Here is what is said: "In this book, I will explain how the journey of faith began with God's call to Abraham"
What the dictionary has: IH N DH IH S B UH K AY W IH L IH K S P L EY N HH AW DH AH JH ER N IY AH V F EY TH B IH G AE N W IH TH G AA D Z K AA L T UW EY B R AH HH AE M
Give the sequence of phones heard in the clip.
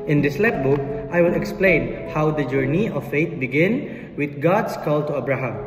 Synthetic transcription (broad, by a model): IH N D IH S B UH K AY W IH L IH K S P L EY N HH AW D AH JH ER N IY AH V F EY T B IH G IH N W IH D G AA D S K AA L T UW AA B R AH HH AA M